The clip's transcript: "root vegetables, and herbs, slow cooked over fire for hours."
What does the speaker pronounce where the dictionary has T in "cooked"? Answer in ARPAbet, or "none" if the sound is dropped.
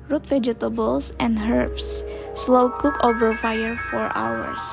none